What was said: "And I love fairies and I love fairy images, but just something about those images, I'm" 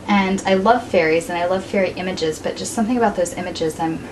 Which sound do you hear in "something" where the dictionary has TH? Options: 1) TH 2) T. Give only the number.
1